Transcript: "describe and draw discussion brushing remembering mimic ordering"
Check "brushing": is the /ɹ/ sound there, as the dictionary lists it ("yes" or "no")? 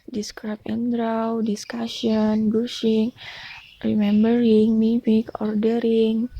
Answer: no